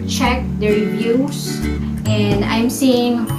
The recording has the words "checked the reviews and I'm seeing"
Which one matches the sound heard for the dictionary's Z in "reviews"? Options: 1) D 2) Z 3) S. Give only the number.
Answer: 3